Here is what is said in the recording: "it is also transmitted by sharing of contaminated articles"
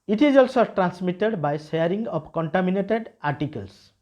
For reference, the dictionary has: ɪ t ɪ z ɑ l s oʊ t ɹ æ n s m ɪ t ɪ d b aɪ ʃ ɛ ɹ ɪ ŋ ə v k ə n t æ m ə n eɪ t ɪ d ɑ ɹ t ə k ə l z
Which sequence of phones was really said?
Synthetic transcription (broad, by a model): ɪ t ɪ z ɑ l s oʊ t ɹ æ n s m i t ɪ d b aɪ s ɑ ɹ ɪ ŋ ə p k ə n t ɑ m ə n eɪ t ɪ d ɑ ɹ t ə k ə l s